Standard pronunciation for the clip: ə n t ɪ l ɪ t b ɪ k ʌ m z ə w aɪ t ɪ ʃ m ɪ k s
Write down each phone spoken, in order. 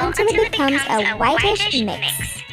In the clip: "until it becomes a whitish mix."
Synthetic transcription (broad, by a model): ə n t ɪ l ɪ t b ɪ k ʌ m z ə w aɪ t ɪ ʃ m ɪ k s